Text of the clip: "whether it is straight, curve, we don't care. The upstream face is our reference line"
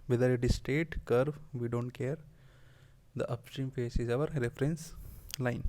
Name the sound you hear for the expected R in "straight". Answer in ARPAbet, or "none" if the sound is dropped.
none